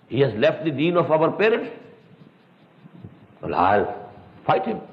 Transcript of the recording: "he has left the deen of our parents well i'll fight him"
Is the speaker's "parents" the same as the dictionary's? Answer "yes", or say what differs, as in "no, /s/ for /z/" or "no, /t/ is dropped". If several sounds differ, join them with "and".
no, /s/ is dropped